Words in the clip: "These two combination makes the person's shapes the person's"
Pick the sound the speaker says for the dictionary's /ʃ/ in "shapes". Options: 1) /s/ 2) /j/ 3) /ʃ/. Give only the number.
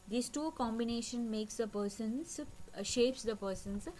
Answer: 3